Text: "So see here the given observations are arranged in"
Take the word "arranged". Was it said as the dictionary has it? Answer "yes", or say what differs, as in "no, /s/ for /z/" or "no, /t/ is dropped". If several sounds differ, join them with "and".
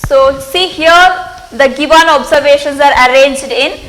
yes